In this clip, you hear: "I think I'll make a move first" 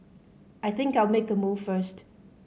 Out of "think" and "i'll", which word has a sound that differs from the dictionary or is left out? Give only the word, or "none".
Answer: none